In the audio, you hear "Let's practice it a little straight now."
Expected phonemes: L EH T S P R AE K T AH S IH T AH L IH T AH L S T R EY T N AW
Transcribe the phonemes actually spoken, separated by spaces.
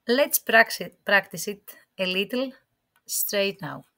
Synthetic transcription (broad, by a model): L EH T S P R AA K T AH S IH T AH L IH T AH L S T R EY T N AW